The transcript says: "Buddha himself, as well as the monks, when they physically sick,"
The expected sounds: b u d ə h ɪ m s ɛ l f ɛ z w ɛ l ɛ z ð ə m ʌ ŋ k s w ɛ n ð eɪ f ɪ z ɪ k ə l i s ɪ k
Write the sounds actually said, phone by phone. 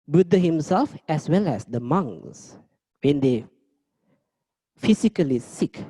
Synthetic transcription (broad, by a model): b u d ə h ɪ m s ɛ l f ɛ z w ɛ l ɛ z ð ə m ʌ ŋ s w ɛ n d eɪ f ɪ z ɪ k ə l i s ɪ k